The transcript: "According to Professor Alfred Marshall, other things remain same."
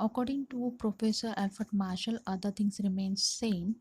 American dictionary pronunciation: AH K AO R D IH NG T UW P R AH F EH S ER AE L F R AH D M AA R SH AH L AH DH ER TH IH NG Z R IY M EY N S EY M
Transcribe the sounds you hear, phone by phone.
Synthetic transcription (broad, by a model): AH K AO R D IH NG T UW P R AH F EH S ER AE L F AH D M AA R SH AH L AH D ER T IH NG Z R IY M EY N S EY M